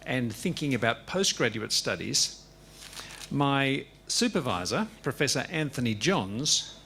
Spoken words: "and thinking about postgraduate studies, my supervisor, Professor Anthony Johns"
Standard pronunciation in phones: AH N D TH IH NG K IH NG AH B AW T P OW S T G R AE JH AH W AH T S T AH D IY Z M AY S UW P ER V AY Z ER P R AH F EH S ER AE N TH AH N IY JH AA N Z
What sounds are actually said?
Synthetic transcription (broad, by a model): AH N TH IH NG K IH NG AH B AW T P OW S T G R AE JH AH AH T S T AH D IY Z M AY S UW P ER V AY Z ER P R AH F EH S ER AE N TH AH N IY JH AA N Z